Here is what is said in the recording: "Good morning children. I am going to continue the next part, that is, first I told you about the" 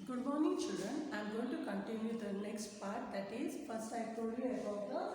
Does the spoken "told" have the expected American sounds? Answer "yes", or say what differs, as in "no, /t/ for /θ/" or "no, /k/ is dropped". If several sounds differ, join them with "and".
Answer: no, /l/ is dropped